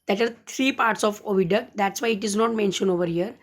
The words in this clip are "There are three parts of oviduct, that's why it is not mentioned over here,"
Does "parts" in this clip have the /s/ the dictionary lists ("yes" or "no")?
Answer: yes